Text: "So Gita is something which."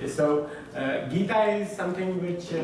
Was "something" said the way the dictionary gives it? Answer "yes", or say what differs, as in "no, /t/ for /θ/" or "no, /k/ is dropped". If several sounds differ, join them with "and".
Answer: no, /t/ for /θ/